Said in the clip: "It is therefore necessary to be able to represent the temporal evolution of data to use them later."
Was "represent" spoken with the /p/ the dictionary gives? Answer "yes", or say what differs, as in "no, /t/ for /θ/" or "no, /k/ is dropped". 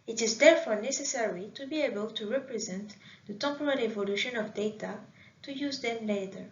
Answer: yes